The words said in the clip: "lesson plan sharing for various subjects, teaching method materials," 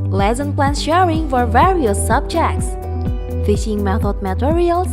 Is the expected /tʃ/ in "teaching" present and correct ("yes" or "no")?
no